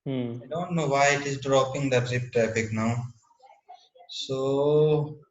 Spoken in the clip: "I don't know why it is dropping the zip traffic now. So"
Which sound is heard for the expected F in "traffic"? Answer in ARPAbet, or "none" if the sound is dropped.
P